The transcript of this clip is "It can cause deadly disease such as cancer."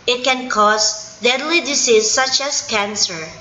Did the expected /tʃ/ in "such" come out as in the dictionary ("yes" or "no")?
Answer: yes